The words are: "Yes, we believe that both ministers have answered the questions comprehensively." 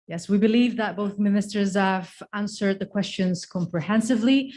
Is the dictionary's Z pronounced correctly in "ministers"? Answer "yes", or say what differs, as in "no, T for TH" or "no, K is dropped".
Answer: yes